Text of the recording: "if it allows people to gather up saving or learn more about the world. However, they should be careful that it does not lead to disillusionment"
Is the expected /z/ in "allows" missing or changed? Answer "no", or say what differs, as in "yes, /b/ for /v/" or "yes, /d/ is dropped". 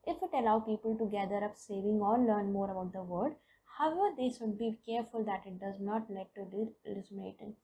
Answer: yes, /z/ is dropped